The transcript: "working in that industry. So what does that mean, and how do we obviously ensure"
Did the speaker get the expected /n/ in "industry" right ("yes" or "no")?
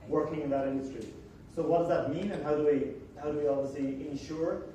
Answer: yes